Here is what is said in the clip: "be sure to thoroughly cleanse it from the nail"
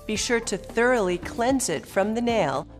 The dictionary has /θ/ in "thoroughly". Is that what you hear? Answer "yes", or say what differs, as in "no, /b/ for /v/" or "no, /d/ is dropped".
yes